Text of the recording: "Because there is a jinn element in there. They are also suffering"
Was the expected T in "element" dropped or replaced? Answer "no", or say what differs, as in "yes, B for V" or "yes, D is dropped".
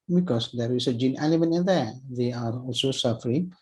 yes, T is dropped